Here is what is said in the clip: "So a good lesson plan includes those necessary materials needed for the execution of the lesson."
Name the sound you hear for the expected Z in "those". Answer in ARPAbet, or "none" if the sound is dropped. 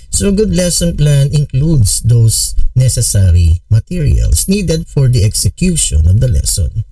S